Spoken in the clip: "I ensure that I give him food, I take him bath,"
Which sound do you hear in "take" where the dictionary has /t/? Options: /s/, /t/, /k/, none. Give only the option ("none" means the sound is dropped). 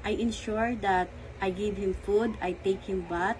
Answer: /t/